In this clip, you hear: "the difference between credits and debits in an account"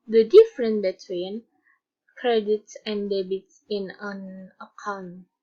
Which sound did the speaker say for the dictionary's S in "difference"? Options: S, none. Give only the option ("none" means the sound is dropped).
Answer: none